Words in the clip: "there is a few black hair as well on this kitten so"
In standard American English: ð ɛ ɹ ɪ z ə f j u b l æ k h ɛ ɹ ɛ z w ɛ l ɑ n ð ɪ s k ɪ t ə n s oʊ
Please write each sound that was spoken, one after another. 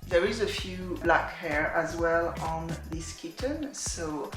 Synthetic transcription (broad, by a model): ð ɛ ɹ ɪ z ə f j u b l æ k h ɛ ɹ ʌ z w ɛ l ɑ n ð ɪ s k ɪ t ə n s oʊ